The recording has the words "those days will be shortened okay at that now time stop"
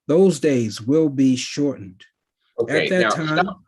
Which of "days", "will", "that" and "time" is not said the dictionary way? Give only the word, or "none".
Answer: none